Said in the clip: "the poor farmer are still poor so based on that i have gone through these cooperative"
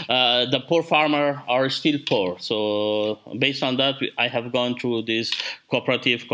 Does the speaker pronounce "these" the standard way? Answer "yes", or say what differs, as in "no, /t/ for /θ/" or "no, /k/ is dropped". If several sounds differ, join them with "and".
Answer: no, /s/ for /z/